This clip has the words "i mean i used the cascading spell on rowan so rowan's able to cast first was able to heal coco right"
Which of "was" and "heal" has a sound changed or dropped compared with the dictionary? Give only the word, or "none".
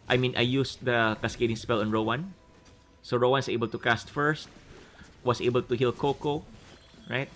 was